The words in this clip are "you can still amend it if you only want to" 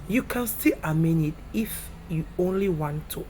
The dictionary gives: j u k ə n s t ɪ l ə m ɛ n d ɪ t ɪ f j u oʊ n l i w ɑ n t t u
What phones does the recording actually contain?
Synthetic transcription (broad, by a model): j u k ə n s t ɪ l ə m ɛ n ɪ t ɪ f j u oʊ n l i w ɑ n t t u